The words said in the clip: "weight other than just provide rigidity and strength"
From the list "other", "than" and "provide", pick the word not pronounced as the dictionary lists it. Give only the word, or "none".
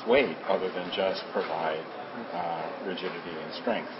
none